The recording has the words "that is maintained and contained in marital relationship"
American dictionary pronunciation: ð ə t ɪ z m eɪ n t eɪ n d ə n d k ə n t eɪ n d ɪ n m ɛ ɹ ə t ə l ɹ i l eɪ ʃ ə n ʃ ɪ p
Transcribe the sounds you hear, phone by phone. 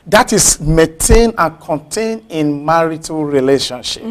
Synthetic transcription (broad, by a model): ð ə t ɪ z m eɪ n t eɪ n ə n k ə n t eɪ n ɪ n m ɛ ɹ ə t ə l ɹ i l eɪ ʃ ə n ʃ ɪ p